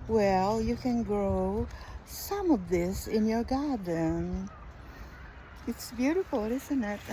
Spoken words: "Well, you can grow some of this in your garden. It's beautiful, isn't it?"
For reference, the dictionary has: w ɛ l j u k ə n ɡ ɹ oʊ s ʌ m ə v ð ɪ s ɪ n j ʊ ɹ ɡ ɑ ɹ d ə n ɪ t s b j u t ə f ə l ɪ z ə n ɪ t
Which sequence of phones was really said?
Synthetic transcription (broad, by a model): w ɛ l j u k ə n ɡ ɹ oʊ s ʌ m ə v ð ɪ s ɪ n j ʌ ɹ ɡ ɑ ɹ d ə n ɪ t s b j u t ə f l ɪ z ə n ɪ t